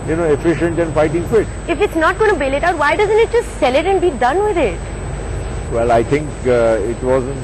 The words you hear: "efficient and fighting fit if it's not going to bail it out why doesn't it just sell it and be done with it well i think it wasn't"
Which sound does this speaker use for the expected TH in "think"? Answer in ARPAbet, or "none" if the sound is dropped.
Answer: T